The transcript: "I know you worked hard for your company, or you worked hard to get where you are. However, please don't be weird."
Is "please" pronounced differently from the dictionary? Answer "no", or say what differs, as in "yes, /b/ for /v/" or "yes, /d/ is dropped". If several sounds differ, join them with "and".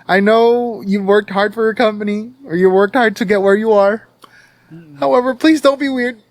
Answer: no